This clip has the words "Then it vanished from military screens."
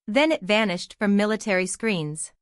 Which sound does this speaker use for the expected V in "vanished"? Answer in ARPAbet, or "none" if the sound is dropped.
V